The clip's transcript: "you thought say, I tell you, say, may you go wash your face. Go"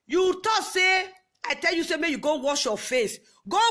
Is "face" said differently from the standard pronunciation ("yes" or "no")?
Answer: no